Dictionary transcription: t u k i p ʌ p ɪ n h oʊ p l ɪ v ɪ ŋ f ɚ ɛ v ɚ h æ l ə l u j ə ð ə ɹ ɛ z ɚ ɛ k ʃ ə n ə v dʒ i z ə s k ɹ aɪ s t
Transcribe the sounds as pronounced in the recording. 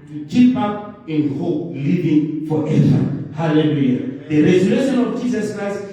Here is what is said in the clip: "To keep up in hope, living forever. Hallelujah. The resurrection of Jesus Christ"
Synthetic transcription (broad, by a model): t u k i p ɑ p ɪ n h oʊ p l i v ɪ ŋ f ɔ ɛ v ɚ h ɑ l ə l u j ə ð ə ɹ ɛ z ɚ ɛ ʃ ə n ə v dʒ i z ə s k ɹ aɪ s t